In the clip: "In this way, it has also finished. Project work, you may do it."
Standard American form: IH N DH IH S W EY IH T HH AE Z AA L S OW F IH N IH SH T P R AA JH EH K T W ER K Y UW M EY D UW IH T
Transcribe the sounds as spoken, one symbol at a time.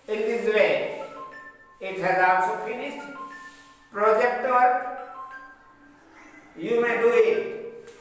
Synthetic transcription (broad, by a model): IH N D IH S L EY IH T HH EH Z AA S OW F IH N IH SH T P R AA JH EH K T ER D Y UW M EY D UW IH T